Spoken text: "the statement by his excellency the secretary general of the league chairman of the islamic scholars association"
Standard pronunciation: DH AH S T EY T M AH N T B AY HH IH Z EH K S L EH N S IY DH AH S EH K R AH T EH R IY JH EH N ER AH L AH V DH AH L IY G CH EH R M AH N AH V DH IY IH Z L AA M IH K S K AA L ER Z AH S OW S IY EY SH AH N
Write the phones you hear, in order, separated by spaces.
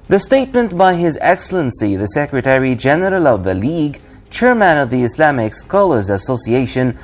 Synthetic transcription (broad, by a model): DH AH S T EY T M AH N T B AY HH IH Z EH K S L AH N S IY DH AH S EH K R AH T EH R IY JH EH N ER AH L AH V DH AH L IY G CH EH R M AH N AH V DH IY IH S L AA M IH K S K AA L ER Z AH S OW S IY EY SH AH N